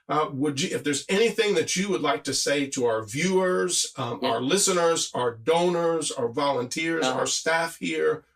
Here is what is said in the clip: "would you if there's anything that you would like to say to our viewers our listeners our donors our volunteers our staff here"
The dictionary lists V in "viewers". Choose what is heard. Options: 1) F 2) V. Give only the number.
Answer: 2